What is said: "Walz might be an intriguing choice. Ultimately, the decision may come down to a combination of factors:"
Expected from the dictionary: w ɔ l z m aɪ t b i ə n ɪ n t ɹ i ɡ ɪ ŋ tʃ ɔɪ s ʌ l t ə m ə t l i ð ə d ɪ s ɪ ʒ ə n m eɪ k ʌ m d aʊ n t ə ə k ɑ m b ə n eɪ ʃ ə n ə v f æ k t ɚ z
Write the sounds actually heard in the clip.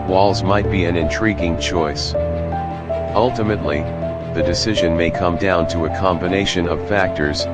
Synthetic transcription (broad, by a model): w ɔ l z m aɪ t b i ə n ɪ n t ɹ i ɡ ɪ ŋ tʃ ɔɪ s ʌ l t ə m ə t l i ð ə d ɪ s ɪ ʒ ə n m eɪ k ʌ m d aʊ n t ə ə k ɑ m b ə n eɪ ʃ ə n ə v f æ k t ɚ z